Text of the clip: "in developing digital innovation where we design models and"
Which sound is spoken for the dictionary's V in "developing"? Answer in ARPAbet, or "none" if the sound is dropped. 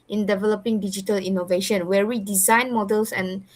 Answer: V